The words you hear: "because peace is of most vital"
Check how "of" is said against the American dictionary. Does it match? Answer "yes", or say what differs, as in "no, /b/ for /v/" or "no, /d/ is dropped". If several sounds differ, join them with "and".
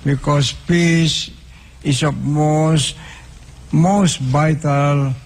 no, /p/ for /v/